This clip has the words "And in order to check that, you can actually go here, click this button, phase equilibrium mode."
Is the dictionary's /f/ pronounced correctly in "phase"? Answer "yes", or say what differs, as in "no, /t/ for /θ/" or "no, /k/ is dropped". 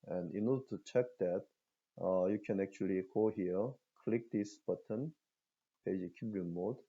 no, /p/ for /f/